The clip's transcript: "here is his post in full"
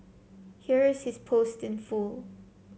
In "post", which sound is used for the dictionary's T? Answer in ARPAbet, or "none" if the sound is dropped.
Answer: T